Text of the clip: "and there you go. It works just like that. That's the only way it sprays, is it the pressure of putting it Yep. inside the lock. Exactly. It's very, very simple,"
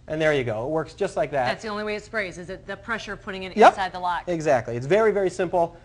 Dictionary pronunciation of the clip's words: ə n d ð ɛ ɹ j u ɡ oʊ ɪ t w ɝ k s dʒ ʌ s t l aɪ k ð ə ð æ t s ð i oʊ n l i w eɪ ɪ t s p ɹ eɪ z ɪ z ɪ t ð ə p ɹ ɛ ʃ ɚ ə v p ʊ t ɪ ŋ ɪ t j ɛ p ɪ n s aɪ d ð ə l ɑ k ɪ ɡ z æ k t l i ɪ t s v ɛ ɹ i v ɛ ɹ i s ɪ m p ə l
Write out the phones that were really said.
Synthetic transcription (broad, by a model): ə n ð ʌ ɹ j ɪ ɡ oʊ ɪ t w ɝ k s dʒ ʌ s t l aɪ k ð ə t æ t s ð i oʊ n l i w eɪ ɪ t s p ɹ eɪ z ɪ z ɪ t ð ə p ɹ ɛ ʃ ɚ ə v p ʊ t ɪ ŋ ɪ t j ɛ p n s aɪ d ð ə l ɑ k ɪ ɡ z æ k t l i ɪ t s v ɛ ɹ i v ɛ ɹ i s ɪ m p l